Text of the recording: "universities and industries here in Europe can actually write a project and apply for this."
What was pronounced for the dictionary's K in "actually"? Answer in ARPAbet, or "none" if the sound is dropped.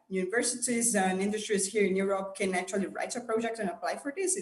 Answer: none